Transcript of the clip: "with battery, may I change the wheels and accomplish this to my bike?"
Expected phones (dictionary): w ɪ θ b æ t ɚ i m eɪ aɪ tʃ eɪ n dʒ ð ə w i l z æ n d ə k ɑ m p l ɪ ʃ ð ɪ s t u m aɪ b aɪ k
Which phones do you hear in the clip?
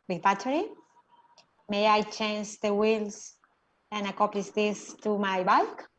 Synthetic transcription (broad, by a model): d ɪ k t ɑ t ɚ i m eɪ aɪ tʃ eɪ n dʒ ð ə w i l s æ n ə k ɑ m p l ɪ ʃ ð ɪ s t u m aɪ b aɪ k